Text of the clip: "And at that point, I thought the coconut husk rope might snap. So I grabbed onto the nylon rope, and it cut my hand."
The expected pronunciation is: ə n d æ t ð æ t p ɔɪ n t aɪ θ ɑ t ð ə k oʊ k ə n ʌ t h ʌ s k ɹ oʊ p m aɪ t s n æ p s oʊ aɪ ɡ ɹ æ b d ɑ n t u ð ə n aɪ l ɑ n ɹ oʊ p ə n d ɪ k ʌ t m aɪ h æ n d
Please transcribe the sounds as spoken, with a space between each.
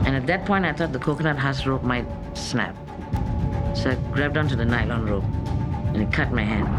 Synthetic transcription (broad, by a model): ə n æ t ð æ t p ɔɪ n t aɪ t ɑ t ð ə k oʊ k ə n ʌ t h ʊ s ɹ oʊ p m aɪ t s n æ p s oʊ aɪ ɡ ɹ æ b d ɑ n t u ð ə n aɪ l ɑ n ɹ oʊ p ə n ɪ k ʌ t m aɪ h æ n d